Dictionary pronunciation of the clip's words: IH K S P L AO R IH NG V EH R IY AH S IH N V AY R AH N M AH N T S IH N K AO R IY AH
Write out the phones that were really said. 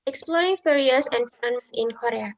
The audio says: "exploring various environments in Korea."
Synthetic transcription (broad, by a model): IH K S P L AO R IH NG F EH R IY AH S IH N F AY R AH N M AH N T IH N K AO R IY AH